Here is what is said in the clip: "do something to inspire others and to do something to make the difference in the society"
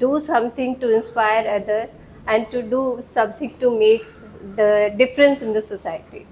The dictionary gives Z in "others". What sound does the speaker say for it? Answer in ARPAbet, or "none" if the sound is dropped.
none